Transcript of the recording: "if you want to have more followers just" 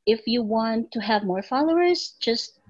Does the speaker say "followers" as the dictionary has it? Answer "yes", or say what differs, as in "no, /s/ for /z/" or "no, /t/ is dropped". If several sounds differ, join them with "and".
yes